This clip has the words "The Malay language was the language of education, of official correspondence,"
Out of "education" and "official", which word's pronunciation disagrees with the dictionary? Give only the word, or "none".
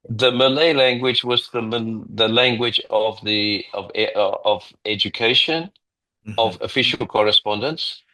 none